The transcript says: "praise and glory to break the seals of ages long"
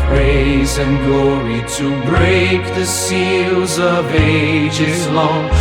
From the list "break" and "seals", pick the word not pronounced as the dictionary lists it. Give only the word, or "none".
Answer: none